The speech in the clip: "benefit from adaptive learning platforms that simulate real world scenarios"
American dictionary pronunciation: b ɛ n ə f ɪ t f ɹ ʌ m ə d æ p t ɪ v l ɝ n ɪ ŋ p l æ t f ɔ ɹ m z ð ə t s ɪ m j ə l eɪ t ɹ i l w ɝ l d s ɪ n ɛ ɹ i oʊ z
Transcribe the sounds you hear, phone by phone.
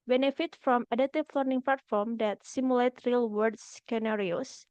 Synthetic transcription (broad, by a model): b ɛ n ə f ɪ t f ɹ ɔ m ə d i t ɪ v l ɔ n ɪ ŋ p l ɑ t f ɔ ɹ m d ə t s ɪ m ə l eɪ t ɹ i l w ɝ d s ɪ n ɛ ɹ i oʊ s